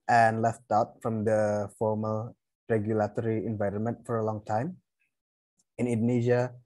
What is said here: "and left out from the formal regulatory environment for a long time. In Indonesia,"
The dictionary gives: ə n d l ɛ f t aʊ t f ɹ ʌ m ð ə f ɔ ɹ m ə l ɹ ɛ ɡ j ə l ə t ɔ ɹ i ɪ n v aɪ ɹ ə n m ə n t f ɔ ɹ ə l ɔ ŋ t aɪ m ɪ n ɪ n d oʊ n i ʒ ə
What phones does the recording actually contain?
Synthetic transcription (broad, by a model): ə n l ɛ f t aʊ t f ɹ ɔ m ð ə f ɔ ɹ m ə l ɹ ɛ ɡ j ə l ə t ɔ ɹ i ɪ n v aɪ ɹ ə n m ə n t f ɔ ɹ ə l ɔ ŋ t aɪ m ɪ n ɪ n d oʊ n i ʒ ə